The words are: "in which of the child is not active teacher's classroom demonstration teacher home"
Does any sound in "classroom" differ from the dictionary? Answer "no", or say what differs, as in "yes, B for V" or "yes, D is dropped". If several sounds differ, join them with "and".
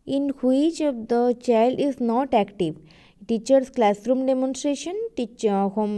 no